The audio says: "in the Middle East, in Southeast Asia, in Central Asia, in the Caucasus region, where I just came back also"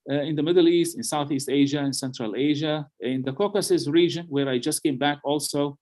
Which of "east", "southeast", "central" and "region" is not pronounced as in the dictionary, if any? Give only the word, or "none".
none